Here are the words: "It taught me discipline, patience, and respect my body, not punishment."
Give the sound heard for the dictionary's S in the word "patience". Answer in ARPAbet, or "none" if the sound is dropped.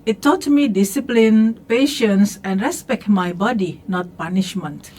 S